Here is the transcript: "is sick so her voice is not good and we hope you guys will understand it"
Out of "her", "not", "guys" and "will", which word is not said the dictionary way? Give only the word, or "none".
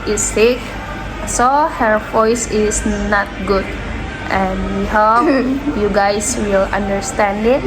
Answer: guys